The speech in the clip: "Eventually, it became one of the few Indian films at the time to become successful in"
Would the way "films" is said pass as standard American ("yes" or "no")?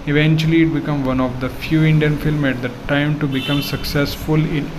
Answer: no